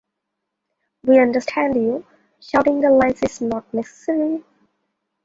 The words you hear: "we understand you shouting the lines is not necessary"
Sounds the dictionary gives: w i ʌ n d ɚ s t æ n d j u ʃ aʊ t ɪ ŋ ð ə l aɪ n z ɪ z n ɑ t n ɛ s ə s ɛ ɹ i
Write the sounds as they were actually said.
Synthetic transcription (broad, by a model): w i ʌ n d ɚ s t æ n d j u ʃ aʊ t ɪ ŋ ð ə l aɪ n s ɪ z n ɑ t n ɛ s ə s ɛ ɹ i